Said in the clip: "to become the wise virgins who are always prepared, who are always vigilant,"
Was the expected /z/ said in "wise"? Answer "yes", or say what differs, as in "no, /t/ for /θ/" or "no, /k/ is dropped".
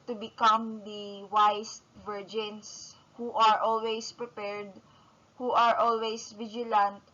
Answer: no, /s/ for /z/